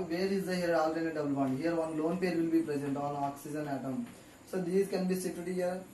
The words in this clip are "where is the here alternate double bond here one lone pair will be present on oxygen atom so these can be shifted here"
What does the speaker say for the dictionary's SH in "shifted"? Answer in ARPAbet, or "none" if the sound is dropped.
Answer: S